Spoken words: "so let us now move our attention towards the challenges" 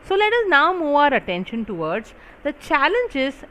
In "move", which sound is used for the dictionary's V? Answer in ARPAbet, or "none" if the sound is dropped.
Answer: none